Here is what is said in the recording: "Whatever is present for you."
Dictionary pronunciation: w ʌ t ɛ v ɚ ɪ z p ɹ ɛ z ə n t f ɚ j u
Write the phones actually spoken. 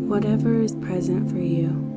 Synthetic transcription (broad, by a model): w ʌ t ɛ v ɚ ɪ z p ɹ ɛ z ə n t f ɚ j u